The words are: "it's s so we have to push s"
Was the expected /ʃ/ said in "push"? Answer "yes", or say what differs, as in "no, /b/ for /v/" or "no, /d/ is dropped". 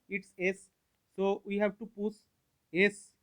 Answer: no, /s/ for /ʃ/